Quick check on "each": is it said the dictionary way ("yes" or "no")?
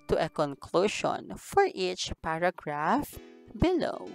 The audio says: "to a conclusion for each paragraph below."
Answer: yes